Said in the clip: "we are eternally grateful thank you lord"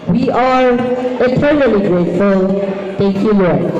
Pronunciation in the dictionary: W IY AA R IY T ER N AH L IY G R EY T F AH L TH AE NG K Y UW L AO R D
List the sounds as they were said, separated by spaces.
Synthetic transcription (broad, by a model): W IY AA R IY T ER N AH L IY G R EY T F AH L T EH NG K Y UW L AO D